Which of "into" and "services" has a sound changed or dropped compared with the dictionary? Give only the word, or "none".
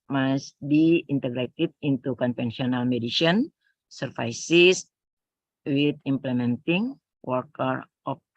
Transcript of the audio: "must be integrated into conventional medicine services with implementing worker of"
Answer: services